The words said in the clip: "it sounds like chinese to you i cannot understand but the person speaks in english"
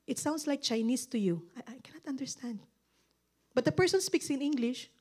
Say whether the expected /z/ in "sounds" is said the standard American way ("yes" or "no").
no